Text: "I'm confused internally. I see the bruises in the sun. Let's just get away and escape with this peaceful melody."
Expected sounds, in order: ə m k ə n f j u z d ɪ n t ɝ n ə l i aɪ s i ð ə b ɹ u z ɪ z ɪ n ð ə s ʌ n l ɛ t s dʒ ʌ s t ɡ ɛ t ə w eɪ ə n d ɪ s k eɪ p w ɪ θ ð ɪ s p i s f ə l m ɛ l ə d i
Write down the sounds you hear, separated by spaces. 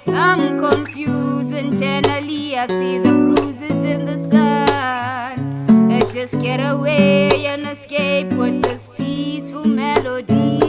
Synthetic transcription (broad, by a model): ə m k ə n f j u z ɪ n t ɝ n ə l i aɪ s i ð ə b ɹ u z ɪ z ɪ n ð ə s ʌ n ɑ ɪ dʒ ʌ s t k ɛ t ə w eɪ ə n ɪ s k eɪ p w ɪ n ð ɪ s p i s f ə l m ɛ l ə d i